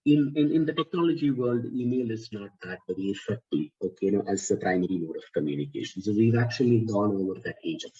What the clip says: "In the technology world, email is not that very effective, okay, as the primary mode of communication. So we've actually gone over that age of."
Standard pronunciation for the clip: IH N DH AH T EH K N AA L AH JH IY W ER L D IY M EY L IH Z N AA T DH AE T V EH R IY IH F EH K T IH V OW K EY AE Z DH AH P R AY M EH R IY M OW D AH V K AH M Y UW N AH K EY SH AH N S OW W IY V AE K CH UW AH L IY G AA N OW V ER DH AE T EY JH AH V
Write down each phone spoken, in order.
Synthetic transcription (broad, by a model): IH N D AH T EH K N AA L AH JH IY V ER L D IY M EY L IH Z N AA T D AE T B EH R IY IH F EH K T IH OW K EY AE Z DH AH P R AY M EH R IY M OW D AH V K AH M Y UW N AH K EY SH AH N S OW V IY V AE K CH UW AH L IY G AA N OW V ER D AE T EY JH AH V